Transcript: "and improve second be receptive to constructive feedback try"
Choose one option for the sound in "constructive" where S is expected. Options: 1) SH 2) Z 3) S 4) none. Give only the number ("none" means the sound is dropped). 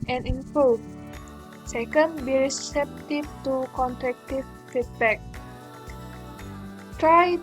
4